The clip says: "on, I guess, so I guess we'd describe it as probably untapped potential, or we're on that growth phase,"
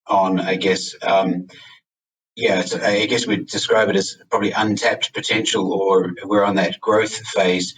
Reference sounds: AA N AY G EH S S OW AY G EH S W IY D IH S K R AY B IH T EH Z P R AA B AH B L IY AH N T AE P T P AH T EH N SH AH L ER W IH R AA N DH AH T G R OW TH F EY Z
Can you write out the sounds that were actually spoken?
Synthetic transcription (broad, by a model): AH N AY G EH S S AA AY G EH S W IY D IH S K R AY B IH T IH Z P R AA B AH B L IY AH N T AE P T P AH T EH N SH AH L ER W IH R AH N DH AH T G R OW TH F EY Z